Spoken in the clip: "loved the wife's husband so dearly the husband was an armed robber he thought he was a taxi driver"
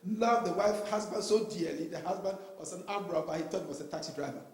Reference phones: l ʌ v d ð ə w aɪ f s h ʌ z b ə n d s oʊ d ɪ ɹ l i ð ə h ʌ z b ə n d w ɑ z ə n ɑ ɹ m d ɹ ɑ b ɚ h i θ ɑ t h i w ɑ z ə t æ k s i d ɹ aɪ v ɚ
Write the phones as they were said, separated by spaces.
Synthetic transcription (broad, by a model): l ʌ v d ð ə w aɪ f h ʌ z b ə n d s oʊ d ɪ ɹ l i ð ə h ʌ z b ə n d w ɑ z ə n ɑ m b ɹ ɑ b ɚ h i t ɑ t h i w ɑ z ə t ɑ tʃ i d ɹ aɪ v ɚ